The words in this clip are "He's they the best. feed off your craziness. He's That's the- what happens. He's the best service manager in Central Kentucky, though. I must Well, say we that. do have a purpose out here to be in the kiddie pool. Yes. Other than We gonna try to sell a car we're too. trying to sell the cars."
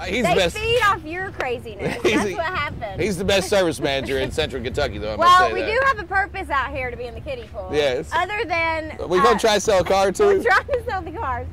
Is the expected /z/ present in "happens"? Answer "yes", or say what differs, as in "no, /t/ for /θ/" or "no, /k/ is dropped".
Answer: no, /z/ is dropped